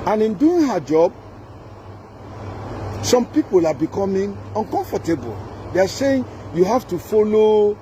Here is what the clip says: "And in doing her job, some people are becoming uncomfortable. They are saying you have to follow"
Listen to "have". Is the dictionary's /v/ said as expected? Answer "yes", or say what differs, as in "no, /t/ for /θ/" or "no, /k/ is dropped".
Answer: no, /f/ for /v/